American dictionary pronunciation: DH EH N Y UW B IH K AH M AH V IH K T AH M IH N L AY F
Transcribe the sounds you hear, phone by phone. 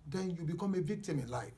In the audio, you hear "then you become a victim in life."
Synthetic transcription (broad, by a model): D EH N Y UW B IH K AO M AH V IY T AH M IH N L AY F